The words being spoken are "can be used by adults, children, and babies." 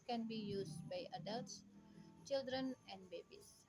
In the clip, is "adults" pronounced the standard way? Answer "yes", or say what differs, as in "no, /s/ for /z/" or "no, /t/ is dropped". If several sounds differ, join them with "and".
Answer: yes